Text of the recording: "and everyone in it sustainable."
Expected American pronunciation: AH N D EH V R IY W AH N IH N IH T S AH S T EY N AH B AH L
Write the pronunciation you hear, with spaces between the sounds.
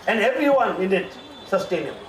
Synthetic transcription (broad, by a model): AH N D EH V R IY W AH N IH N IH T S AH S T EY N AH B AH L